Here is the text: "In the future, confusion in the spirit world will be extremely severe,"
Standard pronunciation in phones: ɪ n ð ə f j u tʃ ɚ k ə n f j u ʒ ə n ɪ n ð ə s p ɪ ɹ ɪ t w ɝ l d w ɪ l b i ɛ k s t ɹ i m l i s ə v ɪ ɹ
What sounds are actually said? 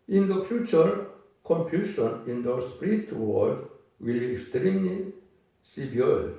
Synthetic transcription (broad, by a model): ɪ n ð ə f j u tʃ ɚ k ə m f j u ʃ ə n ɪ n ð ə s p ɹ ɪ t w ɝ d w ɪ l b i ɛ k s t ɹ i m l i s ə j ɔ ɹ